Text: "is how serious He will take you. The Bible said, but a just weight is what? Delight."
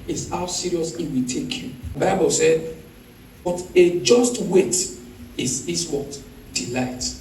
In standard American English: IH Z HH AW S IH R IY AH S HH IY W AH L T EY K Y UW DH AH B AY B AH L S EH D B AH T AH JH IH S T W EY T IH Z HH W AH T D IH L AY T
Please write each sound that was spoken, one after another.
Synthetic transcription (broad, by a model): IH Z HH AW S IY R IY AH S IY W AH T EY K Y UW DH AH B AY B AH L S EH D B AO T AH JH IH S T W EY T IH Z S W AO T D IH L AY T